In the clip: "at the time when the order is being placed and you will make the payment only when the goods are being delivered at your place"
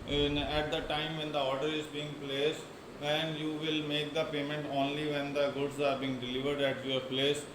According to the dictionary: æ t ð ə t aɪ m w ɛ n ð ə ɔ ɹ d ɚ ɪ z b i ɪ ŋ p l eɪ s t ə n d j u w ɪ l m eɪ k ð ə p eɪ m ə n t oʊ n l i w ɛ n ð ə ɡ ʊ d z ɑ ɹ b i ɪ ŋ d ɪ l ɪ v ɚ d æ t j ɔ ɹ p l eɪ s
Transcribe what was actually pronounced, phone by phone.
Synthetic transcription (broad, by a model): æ t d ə t aɪ m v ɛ n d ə ɔ ɹ d ɚ ɪ z b i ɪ ŋ p l eɪ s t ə n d j u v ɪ l m eɪ k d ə p eɪ m ə n t oʊ n l i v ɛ n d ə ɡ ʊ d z ɑ ɹ b i ɪ ŋ d ɪ l ɪ v ɚ d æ t j ɔ ɹ p l eɪ s